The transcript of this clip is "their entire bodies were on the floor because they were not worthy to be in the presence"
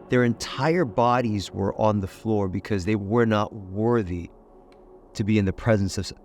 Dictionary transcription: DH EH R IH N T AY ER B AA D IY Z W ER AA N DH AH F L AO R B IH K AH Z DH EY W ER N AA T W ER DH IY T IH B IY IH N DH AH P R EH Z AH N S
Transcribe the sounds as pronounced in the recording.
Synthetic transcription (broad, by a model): DH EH R IH N T AY ER B AA D IY Z W ER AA N DH AH F L AO R B IH K AH Z DH EY W ER N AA T W ER DH IY T IH B IY IH N DH AH P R EH Z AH N S